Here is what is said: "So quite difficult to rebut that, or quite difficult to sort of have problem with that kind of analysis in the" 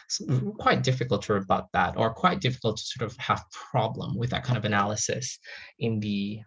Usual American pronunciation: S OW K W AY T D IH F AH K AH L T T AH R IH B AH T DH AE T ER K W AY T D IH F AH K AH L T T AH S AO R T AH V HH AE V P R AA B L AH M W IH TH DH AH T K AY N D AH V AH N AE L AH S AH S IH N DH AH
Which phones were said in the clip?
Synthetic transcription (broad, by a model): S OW K W AY T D IH F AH K L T T AH R IH B AH T DH AE T ER K W AY T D IH F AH K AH L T T AH S AO R T AH V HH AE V P R AA B L AH M W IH DH AH T K AY N AH V AH N AE L AH S AH S IH N DH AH